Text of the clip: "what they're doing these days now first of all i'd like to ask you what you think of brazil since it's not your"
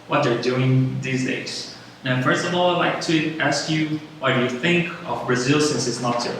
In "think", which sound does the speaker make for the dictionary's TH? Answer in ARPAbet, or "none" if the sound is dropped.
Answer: TH